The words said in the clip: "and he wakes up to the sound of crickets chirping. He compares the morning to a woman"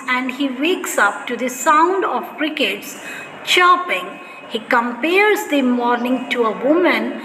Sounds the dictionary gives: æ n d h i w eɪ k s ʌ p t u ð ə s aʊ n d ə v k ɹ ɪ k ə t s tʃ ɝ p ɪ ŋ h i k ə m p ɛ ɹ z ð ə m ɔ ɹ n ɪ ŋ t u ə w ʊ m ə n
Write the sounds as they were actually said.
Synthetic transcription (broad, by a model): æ n d h i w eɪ k s ʌ p t u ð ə s aʊ n d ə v k ɹ ɪ k ə t s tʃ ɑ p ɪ ŋ h i k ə m p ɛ ɹ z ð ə m ɔ ɹ n ɪ ŋ t u ə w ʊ m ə n